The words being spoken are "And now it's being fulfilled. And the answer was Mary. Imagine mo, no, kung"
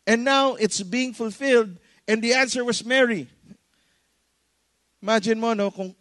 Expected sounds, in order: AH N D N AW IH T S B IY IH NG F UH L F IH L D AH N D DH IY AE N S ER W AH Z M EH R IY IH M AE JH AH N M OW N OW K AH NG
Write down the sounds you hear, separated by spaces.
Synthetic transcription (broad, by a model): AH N N AW IH T S B IY IH NG F UH L F IH L D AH N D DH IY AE N S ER W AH S M EH R IY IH M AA JH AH N M OW N OW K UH NG